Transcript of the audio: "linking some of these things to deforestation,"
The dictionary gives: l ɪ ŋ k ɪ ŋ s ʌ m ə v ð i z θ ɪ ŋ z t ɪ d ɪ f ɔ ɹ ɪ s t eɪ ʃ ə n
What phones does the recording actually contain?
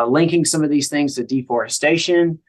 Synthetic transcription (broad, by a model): l ɪ ŋ k ɪ ŋ s ʌ m ə v ð i z θ ɪ ŋ z t ɪ d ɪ f ɔ ɹ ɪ s t eɪ ʃ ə n